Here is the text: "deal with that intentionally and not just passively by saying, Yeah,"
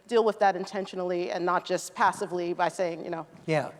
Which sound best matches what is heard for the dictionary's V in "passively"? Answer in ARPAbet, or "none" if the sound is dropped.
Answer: V